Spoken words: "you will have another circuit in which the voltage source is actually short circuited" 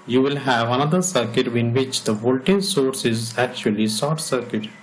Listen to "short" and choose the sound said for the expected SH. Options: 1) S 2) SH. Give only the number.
1